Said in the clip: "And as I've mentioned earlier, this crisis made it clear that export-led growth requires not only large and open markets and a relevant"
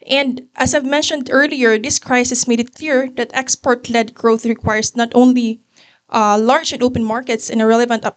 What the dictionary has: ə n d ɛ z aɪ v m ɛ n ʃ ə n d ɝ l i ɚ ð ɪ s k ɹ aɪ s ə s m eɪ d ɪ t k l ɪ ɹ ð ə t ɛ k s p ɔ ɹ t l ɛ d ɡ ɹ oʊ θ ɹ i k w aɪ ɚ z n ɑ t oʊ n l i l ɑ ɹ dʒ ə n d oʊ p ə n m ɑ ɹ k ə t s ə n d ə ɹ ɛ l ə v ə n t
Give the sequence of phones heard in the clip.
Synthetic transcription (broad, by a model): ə n d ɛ s aɪ v m ɛ n ʃ ə n d ɝ l i ɚ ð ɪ s k ɹ aɪ s ə s m eɪ d ɪ t k l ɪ ɹ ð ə t ɛ k s p ɔ ɹ t l ɛ d ɡ ɹ oʊ θ ɹ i k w aɪ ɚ s n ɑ t oʊ n l i l ɑ ɹ dʒ ə n d oʊ p ə n m ɑ ɹ k ə t s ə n ə ɹ ɛ l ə v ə n t